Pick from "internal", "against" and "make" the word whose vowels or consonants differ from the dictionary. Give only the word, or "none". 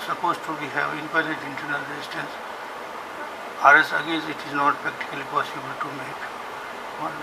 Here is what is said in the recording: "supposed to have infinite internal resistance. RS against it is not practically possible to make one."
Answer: against